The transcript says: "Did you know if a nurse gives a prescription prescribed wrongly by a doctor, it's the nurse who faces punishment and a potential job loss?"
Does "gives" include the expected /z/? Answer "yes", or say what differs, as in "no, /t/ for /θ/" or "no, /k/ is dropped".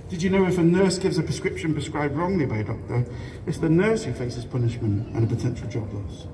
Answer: yes